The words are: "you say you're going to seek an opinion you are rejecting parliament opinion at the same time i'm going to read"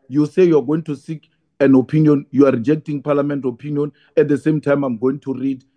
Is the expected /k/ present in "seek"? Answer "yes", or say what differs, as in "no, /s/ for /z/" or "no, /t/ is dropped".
yes